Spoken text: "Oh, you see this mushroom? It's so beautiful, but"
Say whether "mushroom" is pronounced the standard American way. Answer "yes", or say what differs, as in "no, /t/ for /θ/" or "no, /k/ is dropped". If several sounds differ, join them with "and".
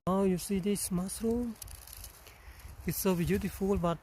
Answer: no, /s/ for /ʃ/